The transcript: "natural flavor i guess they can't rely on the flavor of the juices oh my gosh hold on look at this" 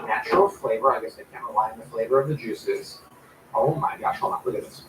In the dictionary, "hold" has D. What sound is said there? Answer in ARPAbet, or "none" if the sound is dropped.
none